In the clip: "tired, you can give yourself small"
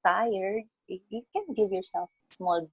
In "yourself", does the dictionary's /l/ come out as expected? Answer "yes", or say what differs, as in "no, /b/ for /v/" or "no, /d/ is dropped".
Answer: no, /l/ is dropped